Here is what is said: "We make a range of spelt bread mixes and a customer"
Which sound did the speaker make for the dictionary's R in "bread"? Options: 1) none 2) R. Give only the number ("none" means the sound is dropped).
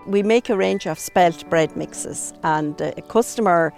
2